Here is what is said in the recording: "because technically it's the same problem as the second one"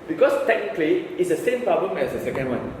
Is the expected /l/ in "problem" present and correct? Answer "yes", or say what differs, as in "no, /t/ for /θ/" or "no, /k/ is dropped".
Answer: yes